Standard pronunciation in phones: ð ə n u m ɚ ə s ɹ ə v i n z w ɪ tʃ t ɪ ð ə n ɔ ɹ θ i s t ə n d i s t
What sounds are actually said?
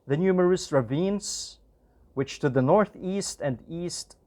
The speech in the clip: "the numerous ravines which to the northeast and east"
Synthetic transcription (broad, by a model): ð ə n u m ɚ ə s ɹ ə v i n z w ɪ tʃ t ɪ ð ə n ɔ ɹ θ i s t ə n d i s t